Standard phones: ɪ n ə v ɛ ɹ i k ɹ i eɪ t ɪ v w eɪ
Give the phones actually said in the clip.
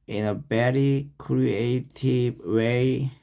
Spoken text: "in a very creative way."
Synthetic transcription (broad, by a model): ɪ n ə b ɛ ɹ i k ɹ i eɪ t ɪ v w eɪ